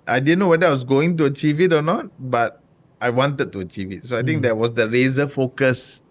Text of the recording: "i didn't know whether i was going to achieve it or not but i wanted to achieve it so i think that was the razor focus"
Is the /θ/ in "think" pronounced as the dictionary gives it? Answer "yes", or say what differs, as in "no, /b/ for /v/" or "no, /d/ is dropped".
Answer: no, /t/ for /θ/